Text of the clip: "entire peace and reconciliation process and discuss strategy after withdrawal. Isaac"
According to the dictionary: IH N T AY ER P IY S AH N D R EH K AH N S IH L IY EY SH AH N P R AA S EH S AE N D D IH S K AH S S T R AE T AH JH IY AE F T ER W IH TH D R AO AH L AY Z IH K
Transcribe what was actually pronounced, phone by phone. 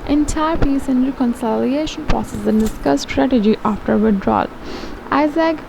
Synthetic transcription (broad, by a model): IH N T AY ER P IY S AH N D R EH K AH N S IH L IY EY SH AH N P AA S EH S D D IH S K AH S S T R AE T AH JH IY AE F T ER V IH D R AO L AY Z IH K